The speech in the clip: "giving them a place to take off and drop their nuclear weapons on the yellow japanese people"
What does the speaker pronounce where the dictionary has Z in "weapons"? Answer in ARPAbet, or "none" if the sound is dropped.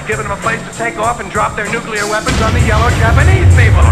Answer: Z